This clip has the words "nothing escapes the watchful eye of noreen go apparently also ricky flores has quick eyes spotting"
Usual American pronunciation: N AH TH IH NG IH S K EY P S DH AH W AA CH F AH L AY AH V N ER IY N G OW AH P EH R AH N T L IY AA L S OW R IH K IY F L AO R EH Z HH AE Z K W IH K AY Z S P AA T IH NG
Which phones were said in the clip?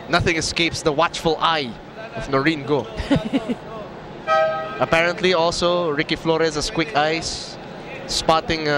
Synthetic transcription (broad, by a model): N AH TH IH NG IH S K EY P S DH AH W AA CH F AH L AY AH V N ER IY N G OW AH P EH R AH N T L IY AA L S OW R IH K IY F L AO R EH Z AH S K W IH K AY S P AA T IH NG